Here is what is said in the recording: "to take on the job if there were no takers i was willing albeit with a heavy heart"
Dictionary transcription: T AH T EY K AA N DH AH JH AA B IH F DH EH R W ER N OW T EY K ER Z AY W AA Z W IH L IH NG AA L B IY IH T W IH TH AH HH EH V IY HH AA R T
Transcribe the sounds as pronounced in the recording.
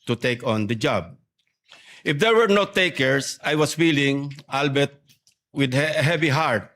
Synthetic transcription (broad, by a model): T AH T EY K AA N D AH JH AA B IH F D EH R W ER N OW T EY K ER S AY W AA S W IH L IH NG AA L B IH T W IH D HH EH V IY HH AA R T